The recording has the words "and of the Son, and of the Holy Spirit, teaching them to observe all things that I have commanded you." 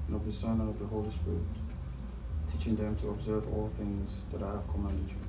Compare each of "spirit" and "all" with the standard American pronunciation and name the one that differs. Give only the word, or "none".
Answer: none